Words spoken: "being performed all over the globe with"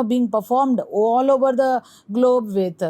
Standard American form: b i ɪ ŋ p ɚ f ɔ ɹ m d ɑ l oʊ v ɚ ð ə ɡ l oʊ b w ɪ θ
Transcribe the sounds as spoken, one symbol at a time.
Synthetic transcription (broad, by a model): b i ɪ ŋ p ɚ f ɔ ɹ m d ɑ l oʊ v ɚ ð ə ɡ l oʊ b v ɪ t